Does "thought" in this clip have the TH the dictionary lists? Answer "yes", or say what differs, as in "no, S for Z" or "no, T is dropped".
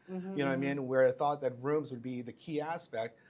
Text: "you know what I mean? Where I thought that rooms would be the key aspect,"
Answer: yes